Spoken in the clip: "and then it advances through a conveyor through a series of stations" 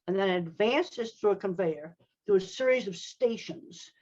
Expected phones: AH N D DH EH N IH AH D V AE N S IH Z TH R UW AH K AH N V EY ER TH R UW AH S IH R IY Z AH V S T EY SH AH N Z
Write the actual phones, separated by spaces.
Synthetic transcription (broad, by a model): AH N DH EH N IH D V AE N S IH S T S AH K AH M V EY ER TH UW AH S IH R IY Z AH V S T EY SH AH N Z